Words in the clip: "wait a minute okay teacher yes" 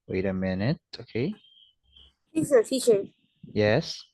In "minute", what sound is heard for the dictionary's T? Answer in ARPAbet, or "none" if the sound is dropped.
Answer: T